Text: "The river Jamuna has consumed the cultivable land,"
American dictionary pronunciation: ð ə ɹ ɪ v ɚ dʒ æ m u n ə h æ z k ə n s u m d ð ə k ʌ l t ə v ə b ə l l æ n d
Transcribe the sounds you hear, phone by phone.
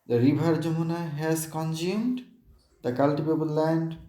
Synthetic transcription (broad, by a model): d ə ɹ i b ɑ dʒ æ m u n ə h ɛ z k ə n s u m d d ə k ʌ l t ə b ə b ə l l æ n d